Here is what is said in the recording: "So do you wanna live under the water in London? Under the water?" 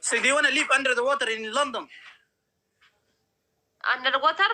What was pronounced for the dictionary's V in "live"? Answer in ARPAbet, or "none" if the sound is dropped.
P